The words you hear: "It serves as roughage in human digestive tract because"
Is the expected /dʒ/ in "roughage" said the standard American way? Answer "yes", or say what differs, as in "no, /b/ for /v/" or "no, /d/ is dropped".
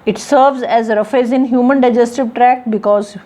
no, /z/ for /dʒ/